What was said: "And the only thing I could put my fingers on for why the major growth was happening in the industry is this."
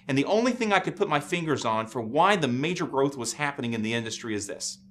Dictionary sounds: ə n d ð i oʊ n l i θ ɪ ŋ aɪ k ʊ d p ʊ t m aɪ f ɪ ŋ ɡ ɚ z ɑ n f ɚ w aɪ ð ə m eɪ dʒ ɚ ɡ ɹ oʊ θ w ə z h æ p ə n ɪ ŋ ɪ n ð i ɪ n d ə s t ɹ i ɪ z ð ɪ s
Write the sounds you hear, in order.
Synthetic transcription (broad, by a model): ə n ð i oʊ n l i θ ɪ ŋ aɪ k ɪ d p ʊ t m aɪ f ɪ ŋ ɡ ɚ z n f ɚ w aɪ ð ə m eɪ dʒ ɚ ɡ ɹ oʊ θ w ə z h æ p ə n ɪ ŋ ɪ n ð i ɪ n d ə s t ɹ i ɪ z ð ɪ s